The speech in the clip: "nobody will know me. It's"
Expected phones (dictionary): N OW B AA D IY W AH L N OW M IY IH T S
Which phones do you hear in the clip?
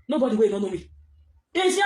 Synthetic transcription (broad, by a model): N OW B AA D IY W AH N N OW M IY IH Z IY